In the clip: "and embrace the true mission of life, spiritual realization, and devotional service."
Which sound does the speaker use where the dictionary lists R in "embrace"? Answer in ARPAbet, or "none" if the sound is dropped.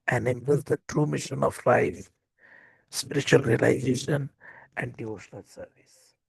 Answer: none